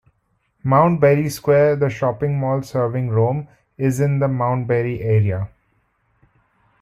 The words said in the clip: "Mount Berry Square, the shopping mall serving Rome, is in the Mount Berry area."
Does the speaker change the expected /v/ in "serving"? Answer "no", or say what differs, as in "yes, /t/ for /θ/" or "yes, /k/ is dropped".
no